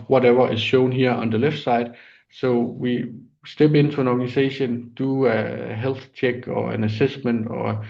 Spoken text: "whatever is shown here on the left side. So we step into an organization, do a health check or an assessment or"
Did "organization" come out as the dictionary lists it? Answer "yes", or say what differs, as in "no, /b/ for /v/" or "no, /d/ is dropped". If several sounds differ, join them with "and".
no, /s/ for /z/